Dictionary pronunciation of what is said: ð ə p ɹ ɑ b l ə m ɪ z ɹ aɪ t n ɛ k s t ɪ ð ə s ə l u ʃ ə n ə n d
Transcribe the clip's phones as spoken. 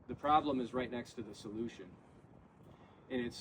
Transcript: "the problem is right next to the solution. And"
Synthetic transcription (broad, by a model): ð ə p ɹ ɑ b l ə m ɪ z ɹ aɪ t n ɛ k s t ɪ ð ə s ə l u ʃ ə n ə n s